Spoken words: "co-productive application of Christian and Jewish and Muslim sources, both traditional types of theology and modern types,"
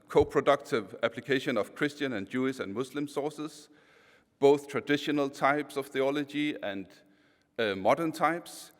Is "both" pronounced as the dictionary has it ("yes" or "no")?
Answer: yes